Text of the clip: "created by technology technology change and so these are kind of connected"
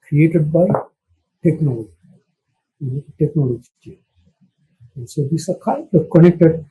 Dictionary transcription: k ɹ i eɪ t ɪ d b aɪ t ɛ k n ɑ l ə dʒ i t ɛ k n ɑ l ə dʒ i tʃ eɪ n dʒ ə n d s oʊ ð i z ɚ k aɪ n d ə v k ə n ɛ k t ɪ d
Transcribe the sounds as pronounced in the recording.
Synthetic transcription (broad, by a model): k ɹ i eɪ t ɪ d b aɪ t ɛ k n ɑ l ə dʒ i t ɛ k n ɑ l ə dʒ i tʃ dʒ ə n s oʊ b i s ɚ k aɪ d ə k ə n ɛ k t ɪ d